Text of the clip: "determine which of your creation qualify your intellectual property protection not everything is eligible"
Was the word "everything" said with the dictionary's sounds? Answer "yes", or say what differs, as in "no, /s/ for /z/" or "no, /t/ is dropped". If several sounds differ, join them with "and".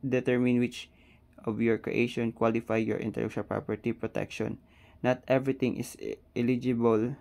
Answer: no, /t/ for /θ/